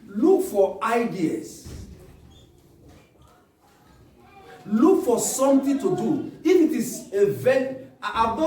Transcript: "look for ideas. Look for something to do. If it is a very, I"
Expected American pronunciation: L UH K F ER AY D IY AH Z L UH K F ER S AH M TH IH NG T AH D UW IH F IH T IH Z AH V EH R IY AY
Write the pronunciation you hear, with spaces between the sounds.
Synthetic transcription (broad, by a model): L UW K F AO AY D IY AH S L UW K F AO S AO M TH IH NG T AH D UW IH F IH T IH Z AH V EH IY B